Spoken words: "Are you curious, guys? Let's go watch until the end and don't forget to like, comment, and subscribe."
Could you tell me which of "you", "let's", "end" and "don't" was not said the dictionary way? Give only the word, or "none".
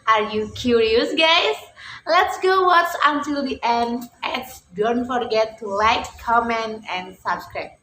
none